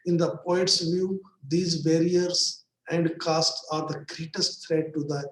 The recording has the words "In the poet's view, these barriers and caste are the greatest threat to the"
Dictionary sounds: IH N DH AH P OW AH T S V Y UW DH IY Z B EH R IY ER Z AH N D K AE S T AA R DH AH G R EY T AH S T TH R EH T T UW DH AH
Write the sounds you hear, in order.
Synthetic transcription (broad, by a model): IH N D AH P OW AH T S V Y UW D IY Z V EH R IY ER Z AH N D K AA S T AA R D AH G R EY T AH S T F R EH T T UW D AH